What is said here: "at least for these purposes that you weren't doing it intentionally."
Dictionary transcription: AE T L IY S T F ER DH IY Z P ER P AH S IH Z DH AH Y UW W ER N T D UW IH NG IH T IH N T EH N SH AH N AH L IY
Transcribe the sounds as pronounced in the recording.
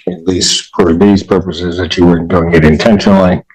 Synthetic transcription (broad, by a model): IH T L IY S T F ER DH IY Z P ER P AH S IH Z DH AH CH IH W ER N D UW IH NG IH T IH N T EH N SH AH N L IY